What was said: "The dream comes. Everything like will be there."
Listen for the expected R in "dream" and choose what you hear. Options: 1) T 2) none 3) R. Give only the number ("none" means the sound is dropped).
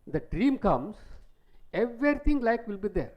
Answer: 3